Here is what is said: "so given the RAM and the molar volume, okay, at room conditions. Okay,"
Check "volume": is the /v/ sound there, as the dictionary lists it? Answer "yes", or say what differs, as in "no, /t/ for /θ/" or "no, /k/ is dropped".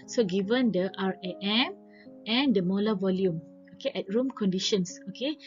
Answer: yes